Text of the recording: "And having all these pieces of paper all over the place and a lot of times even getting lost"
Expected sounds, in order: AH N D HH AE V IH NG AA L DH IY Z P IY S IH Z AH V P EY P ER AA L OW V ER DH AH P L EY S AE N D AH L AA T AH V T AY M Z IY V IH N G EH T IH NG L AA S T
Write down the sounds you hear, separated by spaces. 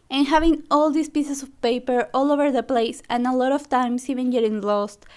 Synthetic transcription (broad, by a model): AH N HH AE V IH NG AA L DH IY S P IY S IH S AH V P EY P ER AA L OW V ER DH AH P L EY S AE N AH L AA T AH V T AY M S IY V IH N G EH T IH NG L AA S T